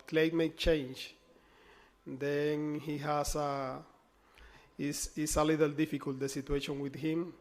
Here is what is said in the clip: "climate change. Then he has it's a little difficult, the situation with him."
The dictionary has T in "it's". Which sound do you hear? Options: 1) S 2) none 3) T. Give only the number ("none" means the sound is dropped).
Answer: 1